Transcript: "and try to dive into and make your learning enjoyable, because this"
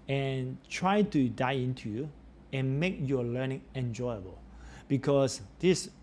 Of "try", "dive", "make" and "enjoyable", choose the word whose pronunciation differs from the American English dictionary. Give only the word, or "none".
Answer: dive